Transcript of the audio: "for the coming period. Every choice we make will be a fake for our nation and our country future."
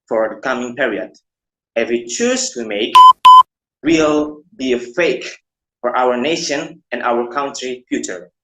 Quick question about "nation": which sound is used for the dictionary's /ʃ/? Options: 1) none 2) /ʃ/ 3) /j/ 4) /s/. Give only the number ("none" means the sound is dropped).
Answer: 2